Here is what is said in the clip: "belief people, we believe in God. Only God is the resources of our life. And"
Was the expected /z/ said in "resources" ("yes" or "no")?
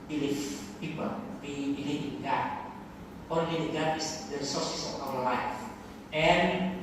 no